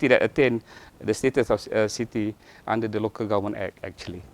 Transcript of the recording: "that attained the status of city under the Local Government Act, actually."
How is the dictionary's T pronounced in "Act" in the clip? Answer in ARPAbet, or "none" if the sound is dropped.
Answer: none